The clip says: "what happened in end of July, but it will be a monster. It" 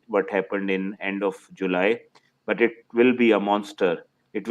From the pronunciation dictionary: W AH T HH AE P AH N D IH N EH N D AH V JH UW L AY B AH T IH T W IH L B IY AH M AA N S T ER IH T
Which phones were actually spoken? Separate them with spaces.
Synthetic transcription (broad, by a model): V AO T HH AE P AH N D IH N EH N D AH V JH UW L AY B AH T IH T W IH L B IY AH M AA N S T ER IH T